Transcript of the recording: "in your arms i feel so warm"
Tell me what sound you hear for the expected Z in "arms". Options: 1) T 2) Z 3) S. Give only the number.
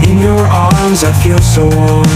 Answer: 2